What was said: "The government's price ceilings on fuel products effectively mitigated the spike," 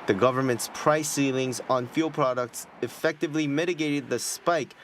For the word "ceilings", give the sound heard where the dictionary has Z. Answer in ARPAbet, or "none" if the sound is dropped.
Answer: Z